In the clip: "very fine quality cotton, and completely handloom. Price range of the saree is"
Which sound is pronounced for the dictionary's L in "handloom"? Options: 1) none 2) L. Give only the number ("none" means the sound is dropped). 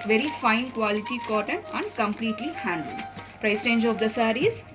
1